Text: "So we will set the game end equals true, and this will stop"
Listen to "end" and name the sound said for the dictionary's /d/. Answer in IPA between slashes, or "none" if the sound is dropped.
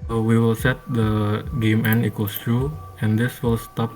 none